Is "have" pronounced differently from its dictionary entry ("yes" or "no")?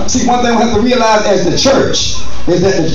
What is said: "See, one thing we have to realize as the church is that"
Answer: yes